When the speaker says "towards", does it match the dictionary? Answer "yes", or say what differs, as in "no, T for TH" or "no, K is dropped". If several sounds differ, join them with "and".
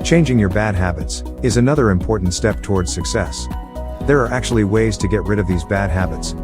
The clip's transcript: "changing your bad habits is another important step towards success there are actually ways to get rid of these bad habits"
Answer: yes